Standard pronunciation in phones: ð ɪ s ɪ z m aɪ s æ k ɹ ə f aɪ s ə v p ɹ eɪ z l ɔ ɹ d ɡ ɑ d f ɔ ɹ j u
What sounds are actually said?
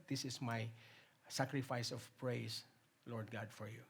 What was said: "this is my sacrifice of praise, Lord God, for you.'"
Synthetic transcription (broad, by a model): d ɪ s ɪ s m aɪ s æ k ɹ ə f aɪ s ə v p ɹ eɪ s l ɔ ɹ d ɡ ɑ d f ɔ ɹ j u